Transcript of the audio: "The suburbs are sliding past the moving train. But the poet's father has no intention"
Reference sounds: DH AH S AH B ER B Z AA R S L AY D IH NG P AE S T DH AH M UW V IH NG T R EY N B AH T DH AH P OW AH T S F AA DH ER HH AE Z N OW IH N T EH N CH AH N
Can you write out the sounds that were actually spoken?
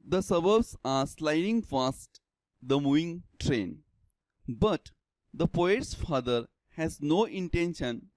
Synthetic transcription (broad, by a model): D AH S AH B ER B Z AA R S L AY D IH NG F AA S T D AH M UW V IH NG T R EY N B AH T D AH P OW AH T S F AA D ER HH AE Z N OW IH N T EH N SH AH N